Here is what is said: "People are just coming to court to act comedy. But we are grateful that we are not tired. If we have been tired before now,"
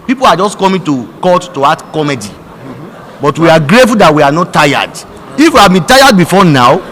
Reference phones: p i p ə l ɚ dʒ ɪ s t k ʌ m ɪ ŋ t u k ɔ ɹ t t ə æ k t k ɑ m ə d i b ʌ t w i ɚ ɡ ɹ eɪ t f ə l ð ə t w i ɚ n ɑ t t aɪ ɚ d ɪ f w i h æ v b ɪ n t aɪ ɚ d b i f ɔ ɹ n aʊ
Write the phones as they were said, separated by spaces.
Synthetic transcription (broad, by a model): p i p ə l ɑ dʒ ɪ s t k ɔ m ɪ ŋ t u k ɔ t t ə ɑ t k ɑ m ə d i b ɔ t w i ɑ ɡ ɹ eɪ t f ə l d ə t w i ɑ n ɑ t t aɪ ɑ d ɪ f w i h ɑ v b ɪ n t aɪ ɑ d b i f ɔ n aʊ